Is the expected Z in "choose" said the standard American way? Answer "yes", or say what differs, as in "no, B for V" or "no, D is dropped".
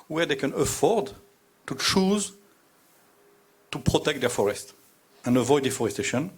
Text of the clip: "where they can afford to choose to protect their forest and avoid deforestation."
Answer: yes